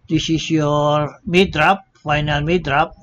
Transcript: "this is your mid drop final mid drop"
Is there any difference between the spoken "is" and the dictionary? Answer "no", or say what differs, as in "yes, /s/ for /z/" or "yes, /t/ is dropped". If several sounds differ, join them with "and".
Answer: yes, /s/ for /z/